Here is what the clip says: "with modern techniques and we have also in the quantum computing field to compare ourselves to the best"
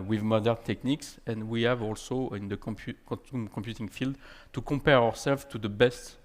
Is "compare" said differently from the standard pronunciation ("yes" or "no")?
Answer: yes